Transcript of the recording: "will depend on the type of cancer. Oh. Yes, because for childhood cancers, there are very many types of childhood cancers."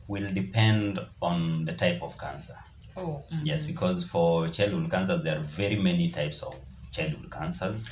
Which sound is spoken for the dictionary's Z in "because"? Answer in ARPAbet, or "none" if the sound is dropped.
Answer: Z